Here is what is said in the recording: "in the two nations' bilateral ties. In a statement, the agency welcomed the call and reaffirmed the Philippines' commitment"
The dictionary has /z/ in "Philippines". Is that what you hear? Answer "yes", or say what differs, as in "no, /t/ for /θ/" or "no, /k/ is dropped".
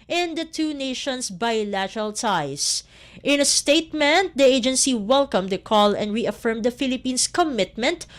no, /s/ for /z/